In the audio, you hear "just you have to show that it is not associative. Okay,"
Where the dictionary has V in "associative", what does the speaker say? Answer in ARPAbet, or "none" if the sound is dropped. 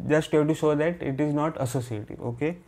none